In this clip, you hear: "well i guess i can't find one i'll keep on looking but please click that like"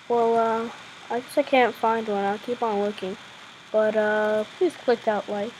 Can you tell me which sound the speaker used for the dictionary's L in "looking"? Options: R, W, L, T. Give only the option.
W